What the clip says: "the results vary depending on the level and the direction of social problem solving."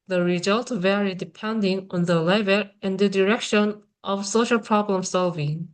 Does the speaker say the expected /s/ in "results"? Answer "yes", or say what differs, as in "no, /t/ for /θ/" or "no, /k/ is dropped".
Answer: no, /s/ is dropped